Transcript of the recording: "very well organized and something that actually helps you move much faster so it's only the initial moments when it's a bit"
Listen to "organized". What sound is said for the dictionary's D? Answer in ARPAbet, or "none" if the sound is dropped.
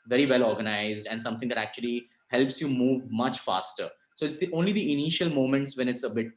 D